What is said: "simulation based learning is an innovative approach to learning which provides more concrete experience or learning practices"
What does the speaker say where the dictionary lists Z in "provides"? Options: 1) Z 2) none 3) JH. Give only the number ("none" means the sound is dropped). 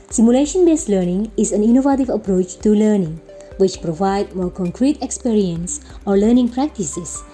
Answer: 2